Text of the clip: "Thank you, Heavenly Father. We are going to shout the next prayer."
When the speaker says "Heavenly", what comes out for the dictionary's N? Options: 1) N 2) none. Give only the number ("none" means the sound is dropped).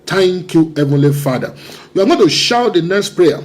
1